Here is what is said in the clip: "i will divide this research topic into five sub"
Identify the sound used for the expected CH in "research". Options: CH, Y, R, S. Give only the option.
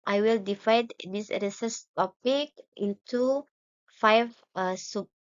S